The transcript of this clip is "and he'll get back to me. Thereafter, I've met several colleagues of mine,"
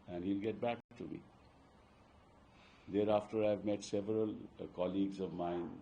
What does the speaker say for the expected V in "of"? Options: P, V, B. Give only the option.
V